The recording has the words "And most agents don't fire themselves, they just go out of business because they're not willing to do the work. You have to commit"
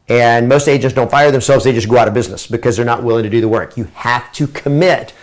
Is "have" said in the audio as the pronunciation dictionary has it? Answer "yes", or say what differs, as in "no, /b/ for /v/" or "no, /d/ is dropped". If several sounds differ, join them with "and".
no, /f/ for /v/